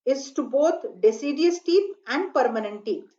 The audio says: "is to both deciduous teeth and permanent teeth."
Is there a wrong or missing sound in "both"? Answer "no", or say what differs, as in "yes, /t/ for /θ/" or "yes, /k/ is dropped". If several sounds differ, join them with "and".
yes, /t/ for /θ/